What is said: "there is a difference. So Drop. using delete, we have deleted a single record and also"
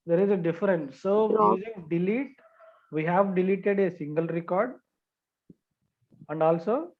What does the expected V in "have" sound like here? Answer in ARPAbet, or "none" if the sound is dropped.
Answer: V